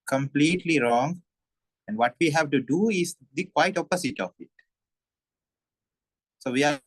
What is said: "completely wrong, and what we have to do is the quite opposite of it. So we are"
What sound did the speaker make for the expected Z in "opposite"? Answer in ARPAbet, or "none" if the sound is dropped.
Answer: S